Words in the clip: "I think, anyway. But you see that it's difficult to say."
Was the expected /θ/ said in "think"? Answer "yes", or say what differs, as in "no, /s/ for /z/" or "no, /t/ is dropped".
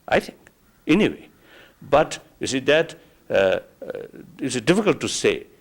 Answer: no, /t/ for /θ/